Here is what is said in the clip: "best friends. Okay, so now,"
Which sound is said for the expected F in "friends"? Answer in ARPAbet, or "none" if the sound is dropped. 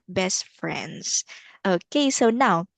F